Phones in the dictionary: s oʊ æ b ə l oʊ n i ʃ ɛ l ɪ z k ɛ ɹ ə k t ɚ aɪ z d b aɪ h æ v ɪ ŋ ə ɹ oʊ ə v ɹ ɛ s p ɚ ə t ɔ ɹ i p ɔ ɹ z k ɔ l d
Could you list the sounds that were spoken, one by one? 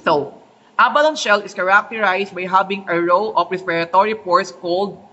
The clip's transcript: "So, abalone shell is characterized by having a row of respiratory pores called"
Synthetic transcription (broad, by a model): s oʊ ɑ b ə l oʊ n ʃ ɛ l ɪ s k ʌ ɹ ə k t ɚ aɪ s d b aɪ h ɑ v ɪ ŋ ə ɹ oʊ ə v ɹ ɛ s p ɚ ə t ɔ ɹ i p ɔ ɹ s k ɔ l d